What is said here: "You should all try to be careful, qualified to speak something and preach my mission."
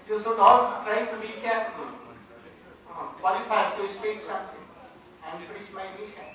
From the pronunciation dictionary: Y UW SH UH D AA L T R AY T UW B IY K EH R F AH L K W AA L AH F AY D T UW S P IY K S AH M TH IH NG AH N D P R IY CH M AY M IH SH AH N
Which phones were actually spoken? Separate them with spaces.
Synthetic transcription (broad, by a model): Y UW S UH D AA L T R AY T UW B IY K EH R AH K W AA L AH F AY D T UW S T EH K S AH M T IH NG AH N D P R IY CH M AY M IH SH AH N